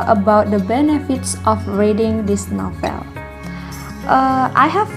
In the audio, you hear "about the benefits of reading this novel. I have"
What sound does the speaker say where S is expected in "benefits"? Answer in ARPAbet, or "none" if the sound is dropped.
S